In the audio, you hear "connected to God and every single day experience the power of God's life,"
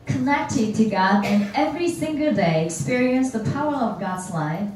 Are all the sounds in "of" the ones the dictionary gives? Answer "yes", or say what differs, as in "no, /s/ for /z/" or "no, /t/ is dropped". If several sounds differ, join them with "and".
yes